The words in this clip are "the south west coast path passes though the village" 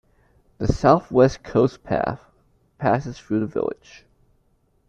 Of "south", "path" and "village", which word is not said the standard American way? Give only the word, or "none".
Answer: none